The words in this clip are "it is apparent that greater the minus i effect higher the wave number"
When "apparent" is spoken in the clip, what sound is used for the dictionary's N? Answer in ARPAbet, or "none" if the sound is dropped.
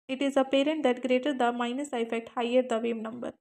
N